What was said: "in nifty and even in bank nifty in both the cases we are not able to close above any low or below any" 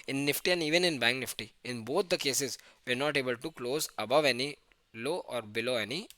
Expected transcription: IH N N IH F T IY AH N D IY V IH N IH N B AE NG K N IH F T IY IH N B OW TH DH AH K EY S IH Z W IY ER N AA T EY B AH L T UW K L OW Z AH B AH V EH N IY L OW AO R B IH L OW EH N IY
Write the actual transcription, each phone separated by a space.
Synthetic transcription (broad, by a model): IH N N IH F T IY AH N D IY V IH N IH N B AE NG K N IH F T IY IH N B OW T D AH K EY S IH Z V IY ER N AA T EY B AH L T UW K L OW Z AH B AH V EH N IY L OW AO R B IH L OW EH N IY